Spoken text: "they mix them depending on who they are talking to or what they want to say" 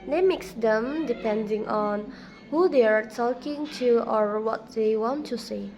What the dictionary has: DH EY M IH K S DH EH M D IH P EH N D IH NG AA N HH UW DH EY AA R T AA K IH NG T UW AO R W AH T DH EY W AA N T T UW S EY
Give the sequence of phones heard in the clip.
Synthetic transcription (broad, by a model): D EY M IH K S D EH M D IH P EH N D IH NG AA N HH UW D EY AA R T AA K IH NG T UW AO R W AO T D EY W AA N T T UW S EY